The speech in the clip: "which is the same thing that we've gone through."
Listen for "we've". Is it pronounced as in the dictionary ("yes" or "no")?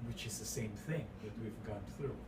yes